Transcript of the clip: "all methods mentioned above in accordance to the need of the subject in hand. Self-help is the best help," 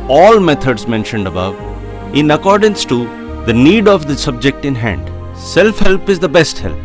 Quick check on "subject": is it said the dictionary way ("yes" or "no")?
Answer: yes